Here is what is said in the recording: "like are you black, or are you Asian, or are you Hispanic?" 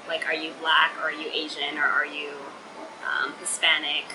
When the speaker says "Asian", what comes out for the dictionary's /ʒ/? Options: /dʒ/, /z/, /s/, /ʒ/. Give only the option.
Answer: /ʒ/